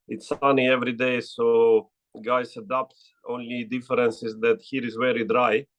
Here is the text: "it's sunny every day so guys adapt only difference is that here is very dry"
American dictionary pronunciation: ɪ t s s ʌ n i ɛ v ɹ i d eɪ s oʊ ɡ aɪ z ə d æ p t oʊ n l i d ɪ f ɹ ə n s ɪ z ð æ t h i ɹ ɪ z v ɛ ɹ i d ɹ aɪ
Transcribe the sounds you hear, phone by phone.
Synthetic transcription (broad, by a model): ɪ t s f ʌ n i ɛ v ɹ i d eɪ s oʊ ɡ aɪ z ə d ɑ p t oʊ n l i d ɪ f ɹ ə n s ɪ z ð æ t h i ɹ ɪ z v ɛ ɹ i d ɹ aɪ